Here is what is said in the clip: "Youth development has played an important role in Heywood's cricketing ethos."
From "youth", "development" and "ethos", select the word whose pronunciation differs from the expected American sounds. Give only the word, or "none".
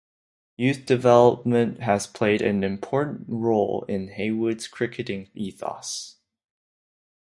none